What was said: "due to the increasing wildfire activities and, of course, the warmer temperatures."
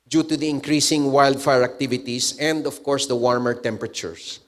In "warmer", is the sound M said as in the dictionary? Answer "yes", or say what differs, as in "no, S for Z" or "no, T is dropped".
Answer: yes